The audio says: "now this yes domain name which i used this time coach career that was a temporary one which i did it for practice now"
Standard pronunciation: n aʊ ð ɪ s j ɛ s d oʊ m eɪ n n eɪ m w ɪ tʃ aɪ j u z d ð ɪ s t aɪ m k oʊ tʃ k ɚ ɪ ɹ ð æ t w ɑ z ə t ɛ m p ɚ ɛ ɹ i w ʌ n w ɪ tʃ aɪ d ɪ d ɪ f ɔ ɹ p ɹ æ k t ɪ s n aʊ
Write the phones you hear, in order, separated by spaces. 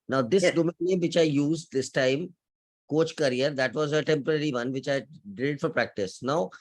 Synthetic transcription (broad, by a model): n aʊ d ɪ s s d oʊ m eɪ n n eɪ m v ɪ tʃ aɪ j u z d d ɪ s t aɪ m k oʊ tʃ k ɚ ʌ ɹ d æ t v ɑ z ə t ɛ m p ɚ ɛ ɹ i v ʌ n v ɪ tʃ aɪ d ɪ d f ɔ ɹ p ɹ æ k t ɪ s n aʊ